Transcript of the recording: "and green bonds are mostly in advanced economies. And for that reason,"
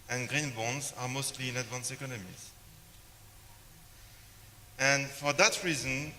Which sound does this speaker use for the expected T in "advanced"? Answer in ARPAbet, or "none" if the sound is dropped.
none